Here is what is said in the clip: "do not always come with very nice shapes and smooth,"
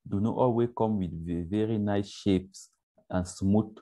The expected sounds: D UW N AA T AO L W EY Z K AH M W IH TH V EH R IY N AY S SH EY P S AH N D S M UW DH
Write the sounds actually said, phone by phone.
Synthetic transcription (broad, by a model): D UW N AA T AO L W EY S K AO M W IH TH V EH R IY N AY S SH EY P S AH N S M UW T